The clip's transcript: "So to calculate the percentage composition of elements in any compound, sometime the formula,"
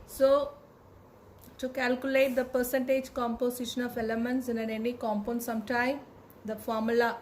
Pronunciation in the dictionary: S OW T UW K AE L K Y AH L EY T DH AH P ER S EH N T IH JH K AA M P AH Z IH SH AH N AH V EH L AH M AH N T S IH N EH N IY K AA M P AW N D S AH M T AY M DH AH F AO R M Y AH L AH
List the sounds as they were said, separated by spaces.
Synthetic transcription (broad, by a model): S OW T UW K AE L K Y AH L EY T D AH P ER S EH N T IH JH K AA M P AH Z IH SH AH N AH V EH L AH M AH N T S IH N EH N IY K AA M P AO N S AH M T AY M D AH F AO R M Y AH L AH